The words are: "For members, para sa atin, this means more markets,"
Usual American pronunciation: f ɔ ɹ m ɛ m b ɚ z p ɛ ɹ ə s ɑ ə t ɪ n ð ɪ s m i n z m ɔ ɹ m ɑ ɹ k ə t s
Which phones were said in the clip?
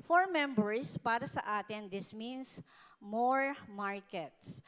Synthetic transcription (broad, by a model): f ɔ ɹ m ɛ m b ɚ s p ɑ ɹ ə s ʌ ə t ɪ n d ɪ s m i n s m ɔ ɹ m ɑ ɹ k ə t s